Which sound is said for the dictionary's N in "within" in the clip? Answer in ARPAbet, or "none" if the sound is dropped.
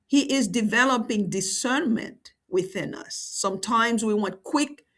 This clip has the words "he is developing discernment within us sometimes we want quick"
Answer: N